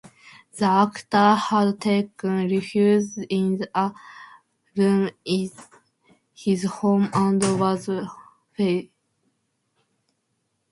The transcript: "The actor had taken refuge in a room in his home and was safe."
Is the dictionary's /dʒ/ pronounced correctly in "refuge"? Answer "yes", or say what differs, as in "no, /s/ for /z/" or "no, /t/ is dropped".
no, /z/ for /dʒ/